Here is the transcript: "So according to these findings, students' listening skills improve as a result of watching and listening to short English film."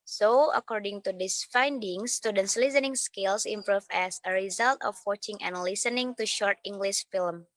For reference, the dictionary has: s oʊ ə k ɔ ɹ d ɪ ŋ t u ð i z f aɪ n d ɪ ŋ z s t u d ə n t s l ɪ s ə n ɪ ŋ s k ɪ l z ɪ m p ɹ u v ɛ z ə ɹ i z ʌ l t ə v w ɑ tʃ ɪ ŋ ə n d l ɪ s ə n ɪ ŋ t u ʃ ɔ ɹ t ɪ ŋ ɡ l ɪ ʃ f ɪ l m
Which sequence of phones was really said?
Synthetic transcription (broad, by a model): s oʊ ə k ɔ ɹ d ɪ ŋ t u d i s f aɪ n d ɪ ŋ s t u d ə n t s l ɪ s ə n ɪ ŋ s k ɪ l s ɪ m p ɹ u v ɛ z ə ɹ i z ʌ l t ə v w ɑ tʃ ɪ ŋ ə n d l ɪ s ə n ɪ ŋ t u ʃ ɔ ɹ t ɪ ŋ ɡ l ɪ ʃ f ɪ l m